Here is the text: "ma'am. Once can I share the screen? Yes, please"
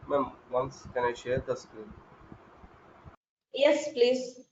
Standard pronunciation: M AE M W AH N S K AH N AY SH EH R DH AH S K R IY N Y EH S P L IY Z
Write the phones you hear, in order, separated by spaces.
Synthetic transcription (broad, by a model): M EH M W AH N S K AH N AY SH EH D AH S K IY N Y EH S P L IY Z